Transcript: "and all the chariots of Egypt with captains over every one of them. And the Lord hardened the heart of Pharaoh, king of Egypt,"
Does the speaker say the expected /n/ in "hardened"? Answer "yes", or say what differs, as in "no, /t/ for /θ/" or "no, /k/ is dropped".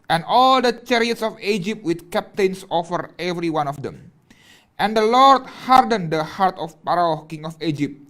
yes